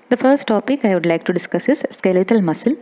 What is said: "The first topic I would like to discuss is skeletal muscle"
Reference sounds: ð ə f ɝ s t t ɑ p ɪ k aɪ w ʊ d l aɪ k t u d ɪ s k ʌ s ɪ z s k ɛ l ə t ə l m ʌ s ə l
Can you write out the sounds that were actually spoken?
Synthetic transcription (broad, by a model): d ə f ɝ s t t ɑ p ɪ k aɪ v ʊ d l aɪ k t u d ɪ s k ʌ s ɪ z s k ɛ l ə t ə l m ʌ s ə l